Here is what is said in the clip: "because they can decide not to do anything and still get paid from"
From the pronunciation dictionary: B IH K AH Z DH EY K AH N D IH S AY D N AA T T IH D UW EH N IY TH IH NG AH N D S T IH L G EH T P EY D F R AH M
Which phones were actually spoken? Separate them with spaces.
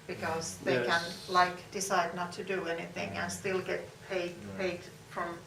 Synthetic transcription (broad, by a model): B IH K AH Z DH EY K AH N D IH S AY D N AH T T IH D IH EH N IY TH IH NG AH N S T IH L G EH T P EY D F R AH M